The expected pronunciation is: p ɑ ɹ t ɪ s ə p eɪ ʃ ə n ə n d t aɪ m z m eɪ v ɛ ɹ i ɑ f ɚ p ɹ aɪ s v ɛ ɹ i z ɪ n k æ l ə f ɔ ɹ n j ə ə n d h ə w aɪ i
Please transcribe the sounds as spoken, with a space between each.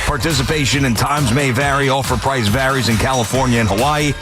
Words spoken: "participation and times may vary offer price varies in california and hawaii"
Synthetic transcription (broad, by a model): p ɑ ɹ t ɪ s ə p eɪ ʃ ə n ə n t aɪ m z m eɪ v ɛ ɹ i ɑ f ɚ p ɹ aɪ s v ɛ ɹ i z ɪ n k æ l ə f ɔ ɹ n j ə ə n h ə w aɪ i